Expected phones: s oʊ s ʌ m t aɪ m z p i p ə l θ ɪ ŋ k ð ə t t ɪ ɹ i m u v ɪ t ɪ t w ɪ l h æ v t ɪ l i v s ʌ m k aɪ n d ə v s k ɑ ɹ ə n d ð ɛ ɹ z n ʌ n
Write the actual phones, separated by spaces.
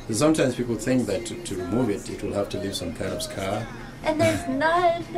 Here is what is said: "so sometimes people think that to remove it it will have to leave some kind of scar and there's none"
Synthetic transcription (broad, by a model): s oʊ s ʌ m t aɪ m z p i p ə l θ ɪ ŋ k ð ə t t ɪ ɹ i m u v ɪ t ɪ t w ɪ l h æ f t ɪ l i v s ʌ m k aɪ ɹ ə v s k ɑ ɹ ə n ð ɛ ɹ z n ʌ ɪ